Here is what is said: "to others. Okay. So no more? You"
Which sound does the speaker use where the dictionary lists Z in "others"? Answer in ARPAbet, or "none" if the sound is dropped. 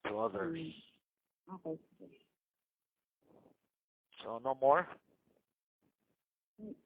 none